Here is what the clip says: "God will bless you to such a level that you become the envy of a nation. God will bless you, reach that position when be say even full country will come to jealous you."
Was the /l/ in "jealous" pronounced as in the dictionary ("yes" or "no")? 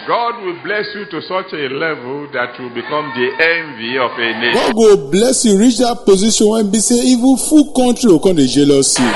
yes